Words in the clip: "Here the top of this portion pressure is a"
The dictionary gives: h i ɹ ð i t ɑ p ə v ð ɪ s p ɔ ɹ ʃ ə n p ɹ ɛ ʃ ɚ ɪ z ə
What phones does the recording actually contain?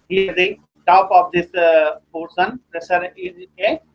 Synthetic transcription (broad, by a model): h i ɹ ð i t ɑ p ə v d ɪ s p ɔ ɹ s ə n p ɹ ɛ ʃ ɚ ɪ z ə